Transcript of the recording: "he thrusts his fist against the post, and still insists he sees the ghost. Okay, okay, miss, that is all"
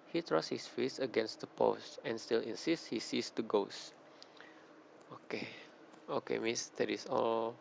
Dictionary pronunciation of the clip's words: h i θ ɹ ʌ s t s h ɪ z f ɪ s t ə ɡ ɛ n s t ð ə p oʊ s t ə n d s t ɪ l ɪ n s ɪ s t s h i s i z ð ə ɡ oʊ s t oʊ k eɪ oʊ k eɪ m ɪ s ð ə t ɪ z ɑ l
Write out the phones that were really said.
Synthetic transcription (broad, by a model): h i t ɹ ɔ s s h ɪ s f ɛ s ə ɡ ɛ n s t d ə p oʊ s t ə n s t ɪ l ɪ n s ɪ s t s h i s i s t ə ɡ oʊ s oʊ k eɪ oʊ k eɪ m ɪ s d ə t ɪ s ɑ l